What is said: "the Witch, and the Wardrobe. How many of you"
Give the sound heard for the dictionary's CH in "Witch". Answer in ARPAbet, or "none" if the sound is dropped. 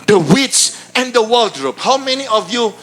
S